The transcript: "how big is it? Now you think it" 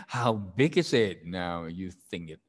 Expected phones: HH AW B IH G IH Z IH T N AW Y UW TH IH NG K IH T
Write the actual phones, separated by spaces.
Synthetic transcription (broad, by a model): HH AW B IH G IH Z IH T N AW Y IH TH IH NG K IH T